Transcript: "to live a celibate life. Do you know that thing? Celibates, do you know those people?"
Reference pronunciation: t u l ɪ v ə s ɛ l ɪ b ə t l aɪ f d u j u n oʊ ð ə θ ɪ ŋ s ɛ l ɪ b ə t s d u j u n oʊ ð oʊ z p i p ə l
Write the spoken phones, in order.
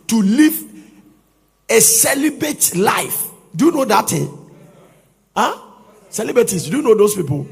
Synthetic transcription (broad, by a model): t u l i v ə s ɛ l ɪ b ə t l aɪ f d u j u n oʊ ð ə t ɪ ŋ s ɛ l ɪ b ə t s d u j u n oʊ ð oʊ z p i p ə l